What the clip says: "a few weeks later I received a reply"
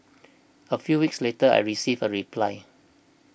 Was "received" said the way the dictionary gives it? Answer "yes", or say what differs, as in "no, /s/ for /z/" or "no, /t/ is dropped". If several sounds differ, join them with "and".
no, /d/ is dropped